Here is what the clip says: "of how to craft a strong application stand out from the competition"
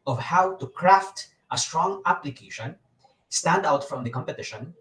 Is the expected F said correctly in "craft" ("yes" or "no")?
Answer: yes